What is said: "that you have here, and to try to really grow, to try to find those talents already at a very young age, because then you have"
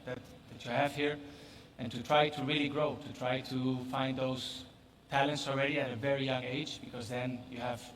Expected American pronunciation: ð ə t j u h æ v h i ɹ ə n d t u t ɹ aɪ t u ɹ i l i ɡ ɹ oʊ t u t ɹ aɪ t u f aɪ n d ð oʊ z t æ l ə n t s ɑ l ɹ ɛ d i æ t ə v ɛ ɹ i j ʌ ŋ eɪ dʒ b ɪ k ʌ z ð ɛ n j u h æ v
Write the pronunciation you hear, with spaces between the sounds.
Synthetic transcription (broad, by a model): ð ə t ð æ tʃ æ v h i ɹ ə n t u t ɹ aɪ t u ɹ i l i ɡ ɹ oʊ t u t ɹ aɪ t u f aɪ n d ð oʊ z t æ l ə n t s ɑ l ɹ ɛ d i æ t ə v ɛ ɹ i j ʌ ŋ eɪ dʒ b ɪ k ʌ z ð ɛ n j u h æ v